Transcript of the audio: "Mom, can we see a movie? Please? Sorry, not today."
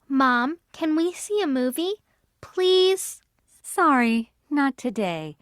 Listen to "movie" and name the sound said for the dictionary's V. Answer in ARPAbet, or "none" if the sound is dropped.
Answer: V